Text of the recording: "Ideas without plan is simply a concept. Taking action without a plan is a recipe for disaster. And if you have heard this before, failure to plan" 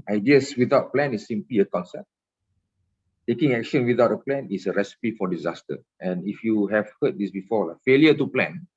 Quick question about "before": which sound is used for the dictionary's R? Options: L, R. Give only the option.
L